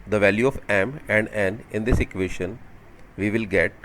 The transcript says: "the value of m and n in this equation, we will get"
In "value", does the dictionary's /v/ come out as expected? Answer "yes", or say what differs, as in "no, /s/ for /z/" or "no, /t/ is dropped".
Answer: yes